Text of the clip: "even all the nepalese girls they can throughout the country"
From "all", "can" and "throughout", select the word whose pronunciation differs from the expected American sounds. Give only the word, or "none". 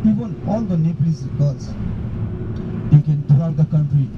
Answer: throughout